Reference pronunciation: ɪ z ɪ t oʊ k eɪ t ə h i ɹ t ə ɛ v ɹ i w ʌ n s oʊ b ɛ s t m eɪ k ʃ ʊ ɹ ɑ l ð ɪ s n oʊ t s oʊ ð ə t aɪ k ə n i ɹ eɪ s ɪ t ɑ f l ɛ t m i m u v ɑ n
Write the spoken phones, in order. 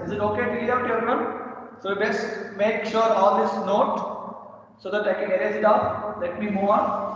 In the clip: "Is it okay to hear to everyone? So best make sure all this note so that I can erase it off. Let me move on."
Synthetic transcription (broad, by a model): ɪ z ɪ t oʊ k eɪ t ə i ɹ t ə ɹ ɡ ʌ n s oʊ b ɛ s t m eɪ k ʃ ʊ ɹ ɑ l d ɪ s n oʊ t s oʊ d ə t aɪ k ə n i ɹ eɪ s ɪ t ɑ p l ɛ t m i m u v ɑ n